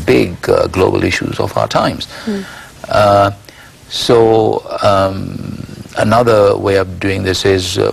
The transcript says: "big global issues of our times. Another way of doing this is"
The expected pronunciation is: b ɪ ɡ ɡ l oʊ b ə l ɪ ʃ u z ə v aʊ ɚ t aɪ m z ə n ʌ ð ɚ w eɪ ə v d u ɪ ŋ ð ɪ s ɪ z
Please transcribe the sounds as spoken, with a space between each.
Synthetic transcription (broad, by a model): b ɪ ɡ ɡ l oʊ b ə l ɪ ʃ u z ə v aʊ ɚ t aɪ m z ə n ʌ ð ɚ w eɪ ə v d u ɪ ŋ ð ɪ s ɪ z